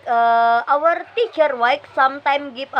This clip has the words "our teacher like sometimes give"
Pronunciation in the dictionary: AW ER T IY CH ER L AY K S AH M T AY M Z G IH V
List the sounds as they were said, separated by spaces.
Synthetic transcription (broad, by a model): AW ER T IY CH ER W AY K S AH M T AY M G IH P